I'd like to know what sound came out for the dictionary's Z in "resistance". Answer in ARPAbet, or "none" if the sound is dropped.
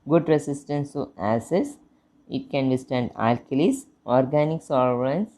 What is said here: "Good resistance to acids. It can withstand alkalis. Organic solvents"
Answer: S